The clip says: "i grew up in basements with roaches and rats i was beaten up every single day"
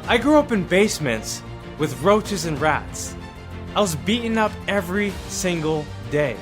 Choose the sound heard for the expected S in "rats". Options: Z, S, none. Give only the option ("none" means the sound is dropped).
S